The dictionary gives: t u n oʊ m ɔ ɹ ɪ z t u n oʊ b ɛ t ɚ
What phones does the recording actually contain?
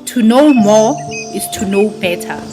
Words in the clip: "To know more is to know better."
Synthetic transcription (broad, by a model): t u n oʊ m ɔ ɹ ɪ s t u n oʊ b ɛ t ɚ